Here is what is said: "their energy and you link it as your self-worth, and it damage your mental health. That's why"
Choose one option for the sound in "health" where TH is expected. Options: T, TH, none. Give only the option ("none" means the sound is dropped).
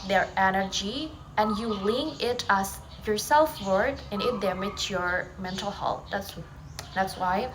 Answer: T